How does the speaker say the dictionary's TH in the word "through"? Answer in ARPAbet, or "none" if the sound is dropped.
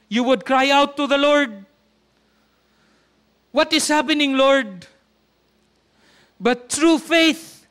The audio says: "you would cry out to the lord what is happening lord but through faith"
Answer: T